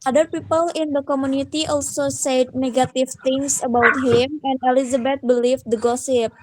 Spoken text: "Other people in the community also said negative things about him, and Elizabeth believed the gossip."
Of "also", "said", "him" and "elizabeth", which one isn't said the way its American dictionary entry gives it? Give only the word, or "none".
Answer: elizabeth